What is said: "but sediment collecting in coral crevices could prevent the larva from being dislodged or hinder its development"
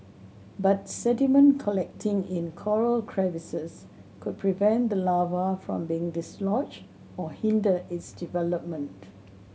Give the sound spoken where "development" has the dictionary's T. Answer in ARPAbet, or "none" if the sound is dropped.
T